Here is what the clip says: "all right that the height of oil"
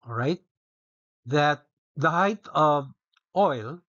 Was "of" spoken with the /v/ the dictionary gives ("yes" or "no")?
yes